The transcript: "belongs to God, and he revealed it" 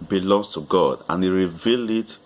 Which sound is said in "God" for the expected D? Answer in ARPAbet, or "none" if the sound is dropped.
D